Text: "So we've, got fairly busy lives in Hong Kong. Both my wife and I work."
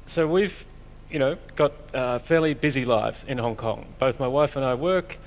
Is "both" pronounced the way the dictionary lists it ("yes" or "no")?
yes